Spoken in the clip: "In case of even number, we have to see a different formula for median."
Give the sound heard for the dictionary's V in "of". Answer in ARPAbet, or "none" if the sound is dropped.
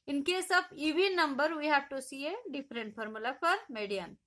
B